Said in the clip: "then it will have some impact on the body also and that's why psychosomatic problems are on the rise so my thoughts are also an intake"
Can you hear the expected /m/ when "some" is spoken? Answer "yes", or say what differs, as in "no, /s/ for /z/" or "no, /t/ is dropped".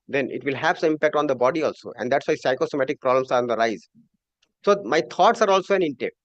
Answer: no, /m/ is dropped